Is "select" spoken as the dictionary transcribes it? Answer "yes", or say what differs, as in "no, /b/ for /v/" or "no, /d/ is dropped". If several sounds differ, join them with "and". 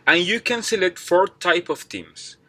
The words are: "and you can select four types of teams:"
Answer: no, /k/ is dropped